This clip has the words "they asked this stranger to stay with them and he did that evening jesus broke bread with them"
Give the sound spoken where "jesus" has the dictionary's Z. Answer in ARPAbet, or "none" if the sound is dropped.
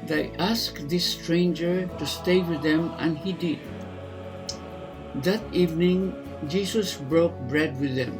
S